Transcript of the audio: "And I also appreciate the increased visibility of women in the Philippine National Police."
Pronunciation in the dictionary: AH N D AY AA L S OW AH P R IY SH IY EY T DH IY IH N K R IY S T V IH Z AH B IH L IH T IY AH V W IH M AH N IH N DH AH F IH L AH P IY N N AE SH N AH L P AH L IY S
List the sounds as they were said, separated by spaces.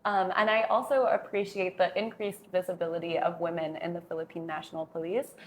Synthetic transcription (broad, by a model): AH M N AY AA L S OW AH P R IY SH IY EY T DH IY IH N K R IY S T V IH Z AH B IH L IH T IY AH V W IH M AH N IH N DH AH F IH L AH P IY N N AE SH N L P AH L IY S